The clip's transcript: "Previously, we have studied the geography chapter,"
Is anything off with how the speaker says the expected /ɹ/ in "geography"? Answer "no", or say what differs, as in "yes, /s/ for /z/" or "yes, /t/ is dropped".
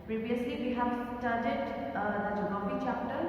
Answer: yes, /ɹ/ is dropped